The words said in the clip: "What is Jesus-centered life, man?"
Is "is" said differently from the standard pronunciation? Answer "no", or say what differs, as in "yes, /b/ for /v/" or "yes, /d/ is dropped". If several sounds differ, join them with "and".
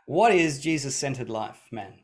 no